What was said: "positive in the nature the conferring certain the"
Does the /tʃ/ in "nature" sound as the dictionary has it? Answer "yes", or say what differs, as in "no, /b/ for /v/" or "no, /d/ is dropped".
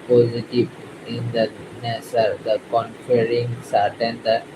no, /s/ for /tʃ/